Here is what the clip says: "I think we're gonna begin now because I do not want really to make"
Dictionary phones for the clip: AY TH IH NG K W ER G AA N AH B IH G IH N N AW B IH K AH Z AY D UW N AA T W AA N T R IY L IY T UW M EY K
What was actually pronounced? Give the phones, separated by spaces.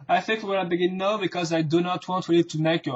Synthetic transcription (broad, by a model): AY TH IH NG K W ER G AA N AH B IH G IH N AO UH B IH K AH Z AY D UW N AA T W AA N T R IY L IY T UW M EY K